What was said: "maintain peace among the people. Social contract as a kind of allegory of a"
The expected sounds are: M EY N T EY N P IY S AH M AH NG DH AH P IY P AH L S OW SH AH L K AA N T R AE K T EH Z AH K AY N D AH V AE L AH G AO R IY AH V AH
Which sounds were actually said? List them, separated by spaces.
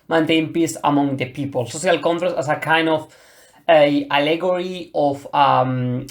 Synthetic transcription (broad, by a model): M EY N T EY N P IY S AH M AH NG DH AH P IY P AH L S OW S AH L K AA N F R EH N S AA S AH K AY N D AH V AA L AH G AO R IY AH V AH